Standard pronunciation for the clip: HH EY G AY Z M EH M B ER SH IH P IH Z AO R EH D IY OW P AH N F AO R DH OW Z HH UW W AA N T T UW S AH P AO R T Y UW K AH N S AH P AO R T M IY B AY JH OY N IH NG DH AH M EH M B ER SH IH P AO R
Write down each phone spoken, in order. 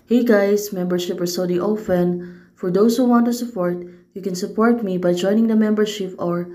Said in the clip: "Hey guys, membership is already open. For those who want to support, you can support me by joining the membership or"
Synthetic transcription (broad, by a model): HH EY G AY S M EH M B ER SH IH P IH S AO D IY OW F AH N F AO R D OW S HH UW W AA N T T UW S AH P AO R T Y UW K AH N S AH P AO R T M IY B AY JH OY N IH NG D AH M EH M B ER SH IH P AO R